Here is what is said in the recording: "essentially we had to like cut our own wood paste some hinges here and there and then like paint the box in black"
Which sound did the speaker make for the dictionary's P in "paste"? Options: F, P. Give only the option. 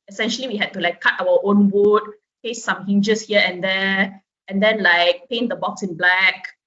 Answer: F